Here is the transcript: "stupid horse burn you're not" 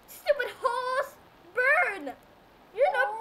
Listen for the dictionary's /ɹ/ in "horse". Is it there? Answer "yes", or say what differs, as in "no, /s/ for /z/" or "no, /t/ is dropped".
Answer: no, /l/ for /ɹ/